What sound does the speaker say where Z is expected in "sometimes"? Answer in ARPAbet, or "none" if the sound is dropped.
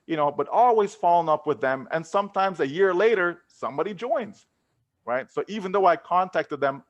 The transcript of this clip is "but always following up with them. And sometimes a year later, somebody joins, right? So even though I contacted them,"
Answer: Z